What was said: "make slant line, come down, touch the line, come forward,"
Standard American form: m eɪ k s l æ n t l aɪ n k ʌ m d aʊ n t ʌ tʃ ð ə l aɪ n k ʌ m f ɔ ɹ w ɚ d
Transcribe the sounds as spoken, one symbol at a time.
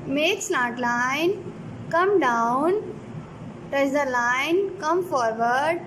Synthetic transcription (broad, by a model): m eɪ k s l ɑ t l aɪ n k ʌ m d aʊ n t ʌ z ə l aɪ n k ʌ m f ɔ ɹ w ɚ d